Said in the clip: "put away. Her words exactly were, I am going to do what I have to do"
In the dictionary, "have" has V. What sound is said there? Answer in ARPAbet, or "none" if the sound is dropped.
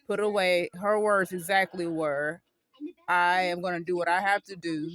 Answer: F